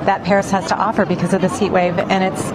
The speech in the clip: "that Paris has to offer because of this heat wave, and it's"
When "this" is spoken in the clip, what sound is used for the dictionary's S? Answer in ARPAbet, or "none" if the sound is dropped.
S